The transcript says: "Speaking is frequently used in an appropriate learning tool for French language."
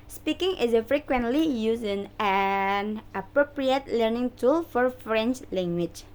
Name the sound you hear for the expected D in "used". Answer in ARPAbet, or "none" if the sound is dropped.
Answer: none